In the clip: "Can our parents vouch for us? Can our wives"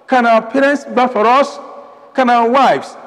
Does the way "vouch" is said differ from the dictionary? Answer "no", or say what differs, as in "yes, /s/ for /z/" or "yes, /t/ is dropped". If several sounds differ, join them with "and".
yes, /b/ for /v/